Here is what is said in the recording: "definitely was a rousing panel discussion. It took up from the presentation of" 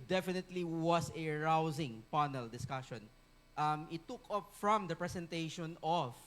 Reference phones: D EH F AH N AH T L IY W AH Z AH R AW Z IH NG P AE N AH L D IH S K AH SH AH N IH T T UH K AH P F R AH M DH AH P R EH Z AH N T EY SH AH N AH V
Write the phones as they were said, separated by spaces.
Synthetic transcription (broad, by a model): D EH F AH N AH T L IY W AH S AH R AW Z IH NG P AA N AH L D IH S K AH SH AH N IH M T UH K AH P F R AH M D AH P R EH S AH N T EY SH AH N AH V